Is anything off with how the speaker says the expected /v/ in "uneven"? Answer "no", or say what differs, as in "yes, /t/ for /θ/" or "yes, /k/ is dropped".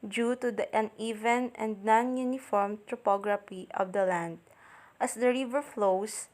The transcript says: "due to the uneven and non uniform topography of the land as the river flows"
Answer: no